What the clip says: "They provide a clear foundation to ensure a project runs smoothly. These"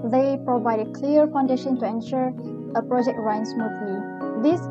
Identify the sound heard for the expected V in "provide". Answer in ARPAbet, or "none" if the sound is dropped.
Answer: V